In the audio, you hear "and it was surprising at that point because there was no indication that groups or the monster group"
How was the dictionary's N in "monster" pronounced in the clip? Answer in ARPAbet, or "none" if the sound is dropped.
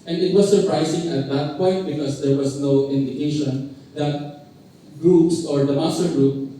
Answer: none